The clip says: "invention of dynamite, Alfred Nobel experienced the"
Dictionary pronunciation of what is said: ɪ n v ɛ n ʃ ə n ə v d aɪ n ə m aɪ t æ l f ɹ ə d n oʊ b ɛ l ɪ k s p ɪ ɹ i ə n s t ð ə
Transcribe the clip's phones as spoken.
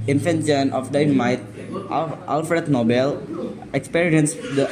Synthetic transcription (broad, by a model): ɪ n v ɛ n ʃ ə n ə f d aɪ ə m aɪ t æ l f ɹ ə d n oʊ b ɛ l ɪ k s p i ɹ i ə n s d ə